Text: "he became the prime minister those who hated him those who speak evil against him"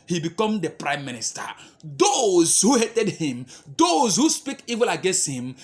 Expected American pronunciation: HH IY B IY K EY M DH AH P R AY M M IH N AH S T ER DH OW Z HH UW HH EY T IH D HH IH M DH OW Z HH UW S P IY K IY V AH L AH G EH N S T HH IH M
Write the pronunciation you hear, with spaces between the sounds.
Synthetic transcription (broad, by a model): HH IY B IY K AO M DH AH P R AY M M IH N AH S T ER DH OW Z HH UW HH EY T IH D HH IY M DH OW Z HH UW S P IY K IY V AH L AH G EH N S T HH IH M